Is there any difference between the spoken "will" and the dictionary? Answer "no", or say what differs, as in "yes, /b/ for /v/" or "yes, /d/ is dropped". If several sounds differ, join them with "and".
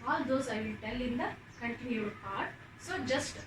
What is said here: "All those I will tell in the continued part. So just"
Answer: yes, /n/ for /l/